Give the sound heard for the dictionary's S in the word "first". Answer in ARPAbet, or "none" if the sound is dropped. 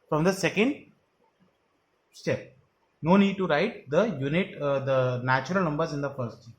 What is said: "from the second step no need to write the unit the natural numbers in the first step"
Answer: none